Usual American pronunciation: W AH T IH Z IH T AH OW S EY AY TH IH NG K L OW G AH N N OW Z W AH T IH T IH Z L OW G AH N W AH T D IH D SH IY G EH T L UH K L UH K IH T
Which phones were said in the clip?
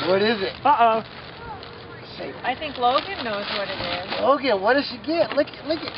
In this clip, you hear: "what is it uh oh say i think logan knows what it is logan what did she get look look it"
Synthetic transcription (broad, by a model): W AH T IH Z IH T AH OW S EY AY TH IH NG K L OW G AH N N OW Z W AH T IH T IH Z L OW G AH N W AH T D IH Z SH IY G EH T L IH K L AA IH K